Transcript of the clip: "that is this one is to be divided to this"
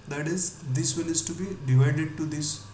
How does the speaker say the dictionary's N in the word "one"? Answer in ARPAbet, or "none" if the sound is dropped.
L